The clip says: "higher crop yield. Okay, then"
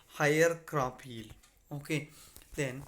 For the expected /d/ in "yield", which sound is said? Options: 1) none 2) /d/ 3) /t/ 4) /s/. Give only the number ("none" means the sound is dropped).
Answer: 1